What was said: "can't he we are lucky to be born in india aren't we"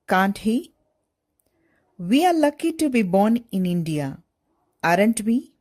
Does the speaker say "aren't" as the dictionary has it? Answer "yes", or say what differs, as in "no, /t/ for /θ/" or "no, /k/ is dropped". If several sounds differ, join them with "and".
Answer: yes